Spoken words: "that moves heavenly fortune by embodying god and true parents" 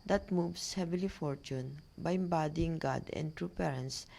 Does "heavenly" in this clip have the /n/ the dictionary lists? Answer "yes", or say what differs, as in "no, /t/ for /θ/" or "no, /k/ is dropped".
no, /n/ is dropped